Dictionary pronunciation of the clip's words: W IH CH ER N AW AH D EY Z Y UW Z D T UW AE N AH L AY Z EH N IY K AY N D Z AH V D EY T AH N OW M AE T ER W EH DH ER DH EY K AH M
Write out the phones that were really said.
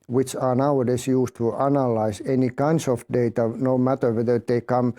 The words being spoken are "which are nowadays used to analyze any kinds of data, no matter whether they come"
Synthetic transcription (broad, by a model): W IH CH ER N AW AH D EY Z Y UW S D T UW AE N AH L AY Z EH N IY K AY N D S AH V D EY T AH N OW M AE T ER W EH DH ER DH EY K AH M